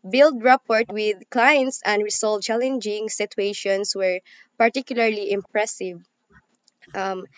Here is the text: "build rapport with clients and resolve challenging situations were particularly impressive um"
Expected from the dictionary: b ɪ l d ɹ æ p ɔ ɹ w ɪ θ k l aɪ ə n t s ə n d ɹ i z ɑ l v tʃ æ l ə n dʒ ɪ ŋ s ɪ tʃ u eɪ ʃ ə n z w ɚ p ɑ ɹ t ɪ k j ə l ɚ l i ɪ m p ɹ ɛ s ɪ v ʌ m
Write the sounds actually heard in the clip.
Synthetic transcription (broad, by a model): b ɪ l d ɹ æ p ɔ ɹ w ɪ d k l aɪ ə n t s ə n d ɹ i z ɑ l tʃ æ l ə n dʒ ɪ ŋ s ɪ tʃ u eɪ ʃ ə n s w ɚ p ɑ ɹ t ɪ k j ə l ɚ l i ɪ m p ɹ ɛ s ɪ v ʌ m